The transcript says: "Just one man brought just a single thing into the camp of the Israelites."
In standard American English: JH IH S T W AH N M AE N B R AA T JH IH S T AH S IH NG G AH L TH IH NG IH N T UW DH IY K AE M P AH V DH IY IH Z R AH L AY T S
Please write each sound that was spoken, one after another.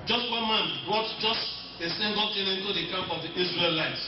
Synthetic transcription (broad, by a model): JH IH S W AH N M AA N B R AA T JH IH S T AH S IH NG G AH L T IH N IH N T UW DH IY K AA M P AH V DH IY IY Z R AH L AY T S